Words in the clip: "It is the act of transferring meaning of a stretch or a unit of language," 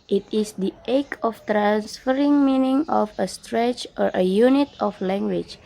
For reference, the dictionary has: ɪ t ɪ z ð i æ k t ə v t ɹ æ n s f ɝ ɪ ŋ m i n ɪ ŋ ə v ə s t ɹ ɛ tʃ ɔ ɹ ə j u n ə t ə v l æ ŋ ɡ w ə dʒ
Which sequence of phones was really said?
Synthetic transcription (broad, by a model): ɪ t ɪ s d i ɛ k ə f t ɹ æ n s f ɝ ɪ ŋ m i n ɪ ŋ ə f ə s t ɹ ɛ tʃ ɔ ɹ ə j u n ə t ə f l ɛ ŋ ɡ w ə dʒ